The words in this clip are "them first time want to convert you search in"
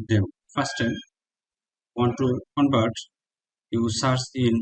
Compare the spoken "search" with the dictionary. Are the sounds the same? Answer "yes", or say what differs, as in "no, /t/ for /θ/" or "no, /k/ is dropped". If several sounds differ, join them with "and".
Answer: no, /s/ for /tʃ/